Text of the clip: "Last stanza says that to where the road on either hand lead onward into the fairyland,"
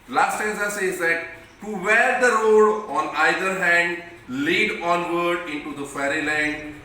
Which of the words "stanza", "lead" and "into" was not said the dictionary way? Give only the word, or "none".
stanza